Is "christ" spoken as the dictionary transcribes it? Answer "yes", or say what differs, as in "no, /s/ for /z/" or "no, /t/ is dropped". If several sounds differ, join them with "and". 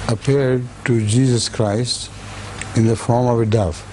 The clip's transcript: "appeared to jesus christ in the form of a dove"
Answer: yes